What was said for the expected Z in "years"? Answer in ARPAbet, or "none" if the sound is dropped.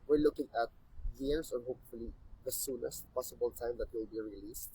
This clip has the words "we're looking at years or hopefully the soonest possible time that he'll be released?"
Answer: S